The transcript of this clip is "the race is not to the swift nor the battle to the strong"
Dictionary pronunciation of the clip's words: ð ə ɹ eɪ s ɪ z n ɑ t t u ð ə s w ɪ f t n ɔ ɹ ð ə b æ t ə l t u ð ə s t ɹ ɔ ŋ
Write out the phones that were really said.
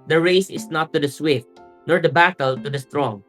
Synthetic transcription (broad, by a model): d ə ɹ eɪ s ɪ s n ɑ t t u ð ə s w ɪ f t n ɔ ɹ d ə b æ t ə l t u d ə s t ɹ ɔ ŋ